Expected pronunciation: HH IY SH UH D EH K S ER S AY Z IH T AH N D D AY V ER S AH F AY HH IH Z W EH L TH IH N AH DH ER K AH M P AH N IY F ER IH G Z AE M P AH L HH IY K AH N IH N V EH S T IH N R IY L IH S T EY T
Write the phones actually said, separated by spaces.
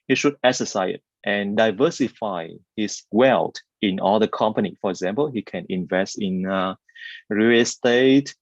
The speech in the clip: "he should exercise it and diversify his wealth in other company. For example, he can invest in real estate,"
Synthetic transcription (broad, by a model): HH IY SH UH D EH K S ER S AY IH T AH N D D AY V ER S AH F AY HH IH S W EH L T IH N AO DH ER K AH M P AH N IY F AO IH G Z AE M P AH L HH IY K AH N IH N V EH S T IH N R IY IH S T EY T